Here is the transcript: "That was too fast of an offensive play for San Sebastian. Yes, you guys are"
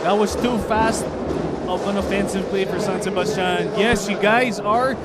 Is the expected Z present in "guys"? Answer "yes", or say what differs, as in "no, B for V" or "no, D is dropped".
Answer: yes